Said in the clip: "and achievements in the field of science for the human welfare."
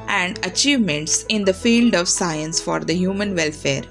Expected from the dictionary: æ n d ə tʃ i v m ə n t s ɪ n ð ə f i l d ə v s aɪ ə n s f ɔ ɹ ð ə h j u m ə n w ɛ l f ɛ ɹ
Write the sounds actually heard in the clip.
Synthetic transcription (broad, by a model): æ n d ə tʃ i v m ə n t s ɪ n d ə f i l d ə v s aɪ ə n s f ɔ ɹ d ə h j u m ə n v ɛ l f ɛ ɹ